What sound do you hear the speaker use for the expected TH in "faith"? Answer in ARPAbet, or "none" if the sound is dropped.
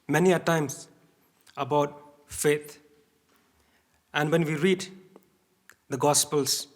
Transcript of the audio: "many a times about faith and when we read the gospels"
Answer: T